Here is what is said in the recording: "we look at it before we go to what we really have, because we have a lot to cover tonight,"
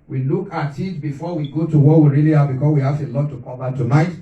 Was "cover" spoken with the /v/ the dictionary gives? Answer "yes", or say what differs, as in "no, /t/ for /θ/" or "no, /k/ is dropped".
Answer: no, /b/ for /v/